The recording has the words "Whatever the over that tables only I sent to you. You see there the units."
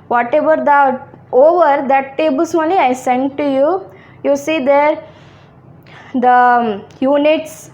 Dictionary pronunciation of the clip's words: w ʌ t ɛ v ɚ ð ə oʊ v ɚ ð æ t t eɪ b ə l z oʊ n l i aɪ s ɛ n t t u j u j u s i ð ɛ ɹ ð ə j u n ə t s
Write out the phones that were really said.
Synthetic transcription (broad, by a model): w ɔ t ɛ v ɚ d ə oʊ v ɚ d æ t t eɪ b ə l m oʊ l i aɪ s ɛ n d t u j u j u s i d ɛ ɹ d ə j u n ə t s